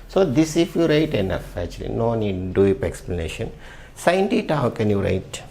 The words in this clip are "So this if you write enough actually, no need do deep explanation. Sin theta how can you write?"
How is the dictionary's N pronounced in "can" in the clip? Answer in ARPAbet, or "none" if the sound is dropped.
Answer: N